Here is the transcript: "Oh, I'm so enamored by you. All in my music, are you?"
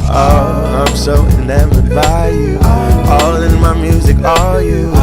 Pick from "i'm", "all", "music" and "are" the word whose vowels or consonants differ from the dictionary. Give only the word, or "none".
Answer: are